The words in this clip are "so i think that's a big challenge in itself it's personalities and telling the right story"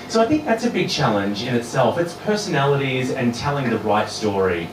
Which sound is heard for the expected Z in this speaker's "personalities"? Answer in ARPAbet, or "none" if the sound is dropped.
Z